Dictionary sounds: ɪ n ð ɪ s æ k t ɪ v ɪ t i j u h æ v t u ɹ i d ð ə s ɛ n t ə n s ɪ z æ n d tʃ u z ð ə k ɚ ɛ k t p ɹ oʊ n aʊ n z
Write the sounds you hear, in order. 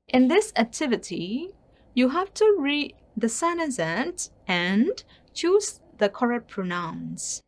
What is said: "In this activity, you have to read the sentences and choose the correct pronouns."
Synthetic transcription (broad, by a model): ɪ n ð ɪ s æ k t ɪ v ɪ t i j u h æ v t u ɹ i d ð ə s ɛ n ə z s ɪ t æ n tʃ u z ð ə k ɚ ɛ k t p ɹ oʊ n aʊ n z